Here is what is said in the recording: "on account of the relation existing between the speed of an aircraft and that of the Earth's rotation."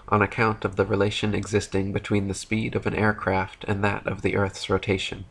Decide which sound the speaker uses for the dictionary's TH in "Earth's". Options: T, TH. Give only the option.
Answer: TH